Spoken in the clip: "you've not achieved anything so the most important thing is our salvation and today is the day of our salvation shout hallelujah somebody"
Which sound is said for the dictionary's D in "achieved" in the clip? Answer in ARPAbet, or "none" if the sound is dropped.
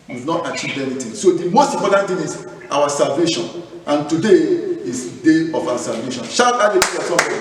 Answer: none